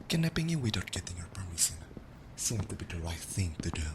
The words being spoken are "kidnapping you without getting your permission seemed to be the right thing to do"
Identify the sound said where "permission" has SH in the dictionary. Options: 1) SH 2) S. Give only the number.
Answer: 2